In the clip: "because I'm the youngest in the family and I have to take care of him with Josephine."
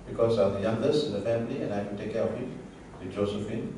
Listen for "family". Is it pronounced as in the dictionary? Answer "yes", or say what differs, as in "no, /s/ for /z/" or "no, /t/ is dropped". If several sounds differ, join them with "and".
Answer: yes